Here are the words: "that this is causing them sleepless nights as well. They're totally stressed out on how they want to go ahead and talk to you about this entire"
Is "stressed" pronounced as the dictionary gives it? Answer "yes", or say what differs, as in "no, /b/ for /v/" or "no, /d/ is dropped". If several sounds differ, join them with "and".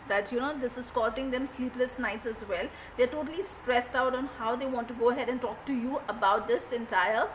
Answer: yes